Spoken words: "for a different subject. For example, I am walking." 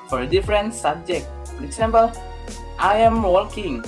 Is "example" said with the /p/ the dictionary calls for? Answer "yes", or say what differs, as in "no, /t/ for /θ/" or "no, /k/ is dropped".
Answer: no, /b/ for /p/